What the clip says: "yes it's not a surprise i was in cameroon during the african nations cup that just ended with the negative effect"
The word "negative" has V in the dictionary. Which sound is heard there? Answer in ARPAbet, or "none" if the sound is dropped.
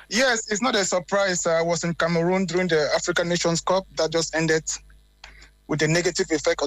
V